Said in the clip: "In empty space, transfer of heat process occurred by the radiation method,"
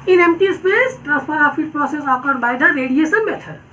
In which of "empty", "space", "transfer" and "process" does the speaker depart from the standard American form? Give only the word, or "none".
transfer